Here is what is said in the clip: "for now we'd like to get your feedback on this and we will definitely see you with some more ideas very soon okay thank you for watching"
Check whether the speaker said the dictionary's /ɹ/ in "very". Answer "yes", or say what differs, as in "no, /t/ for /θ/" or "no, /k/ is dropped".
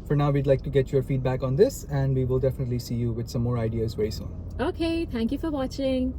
no, /ɹ/ is dropped